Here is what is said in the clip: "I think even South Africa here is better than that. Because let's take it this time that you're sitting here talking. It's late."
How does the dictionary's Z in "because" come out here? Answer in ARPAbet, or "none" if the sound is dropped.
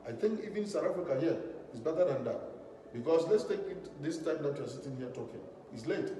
S